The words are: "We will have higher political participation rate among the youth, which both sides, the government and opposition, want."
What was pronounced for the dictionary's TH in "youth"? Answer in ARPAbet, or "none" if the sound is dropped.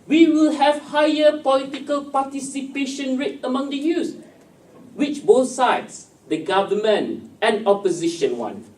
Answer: S